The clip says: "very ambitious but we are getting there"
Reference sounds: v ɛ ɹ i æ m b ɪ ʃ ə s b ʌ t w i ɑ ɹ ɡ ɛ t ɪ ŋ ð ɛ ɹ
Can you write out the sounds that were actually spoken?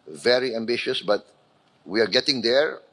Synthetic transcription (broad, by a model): v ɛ ɹ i æ m b ɪ ʃ ə s b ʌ t w i ɑ ɹ ɡ ɛ t ɪ ŋ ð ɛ ɹ